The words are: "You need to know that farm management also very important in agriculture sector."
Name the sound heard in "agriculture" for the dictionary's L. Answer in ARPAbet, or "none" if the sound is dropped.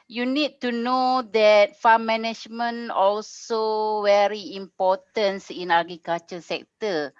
none